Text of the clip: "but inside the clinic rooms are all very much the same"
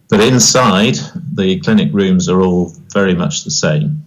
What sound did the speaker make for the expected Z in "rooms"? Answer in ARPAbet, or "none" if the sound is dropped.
Z